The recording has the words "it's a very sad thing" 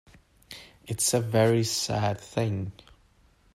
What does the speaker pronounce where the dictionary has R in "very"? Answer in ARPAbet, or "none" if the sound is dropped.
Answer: R